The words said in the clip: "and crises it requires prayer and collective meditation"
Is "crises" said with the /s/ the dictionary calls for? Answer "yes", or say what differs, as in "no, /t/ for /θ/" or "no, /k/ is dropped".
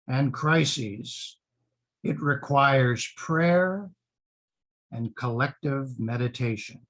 yes